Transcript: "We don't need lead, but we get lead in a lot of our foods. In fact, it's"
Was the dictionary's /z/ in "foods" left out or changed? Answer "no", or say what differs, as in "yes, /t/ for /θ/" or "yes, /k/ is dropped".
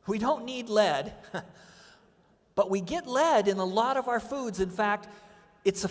no